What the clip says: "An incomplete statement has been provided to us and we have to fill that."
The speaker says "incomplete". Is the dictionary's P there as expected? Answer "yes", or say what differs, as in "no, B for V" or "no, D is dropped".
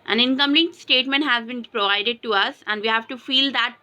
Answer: no, P is dropped